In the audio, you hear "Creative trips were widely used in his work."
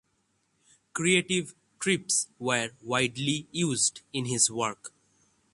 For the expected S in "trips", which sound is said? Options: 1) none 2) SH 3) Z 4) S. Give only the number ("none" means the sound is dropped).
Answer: 4